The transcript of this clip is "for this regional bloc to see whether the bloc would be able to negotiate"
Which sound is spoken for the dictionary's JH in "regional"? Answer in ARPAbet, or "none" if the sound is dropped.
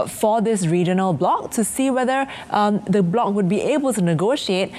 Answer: JH